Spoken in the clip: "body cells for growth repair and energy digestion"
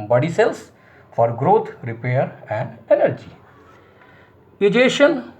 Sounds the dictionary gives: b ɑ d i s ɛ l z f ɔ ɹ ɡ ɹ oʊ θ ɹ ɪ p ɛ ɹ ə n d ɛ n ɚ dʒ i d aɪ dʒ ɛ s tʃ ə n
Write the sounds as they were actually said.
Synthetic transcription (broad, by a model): b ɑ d i s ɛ l s f ɔ ɹ ɡ ɹ oʊ t ɹ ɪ p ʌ ɹ ə n d ɛ n ɚ dʒ i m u dʒ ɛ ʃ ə n